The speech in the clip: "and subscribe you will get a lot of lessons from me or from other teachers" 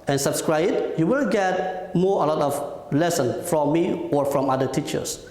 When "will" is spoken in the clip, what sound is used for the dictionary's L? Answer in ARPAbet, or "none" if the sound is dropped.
N